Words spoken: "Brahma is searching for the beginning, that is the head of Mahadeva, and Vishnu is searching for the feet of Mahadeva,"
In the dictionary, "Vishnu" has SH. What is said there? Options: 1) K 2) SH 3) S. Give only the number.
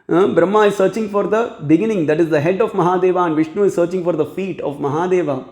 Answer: 2